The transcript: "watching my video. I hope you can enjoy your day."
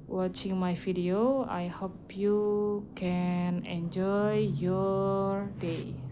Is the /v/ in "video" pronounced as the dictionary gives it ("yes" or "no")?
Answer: no